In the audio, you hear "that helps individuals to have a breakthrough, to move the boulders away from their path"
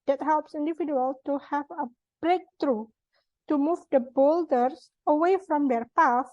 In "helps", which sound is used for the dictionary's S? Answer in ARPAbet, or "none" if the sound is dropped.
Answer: S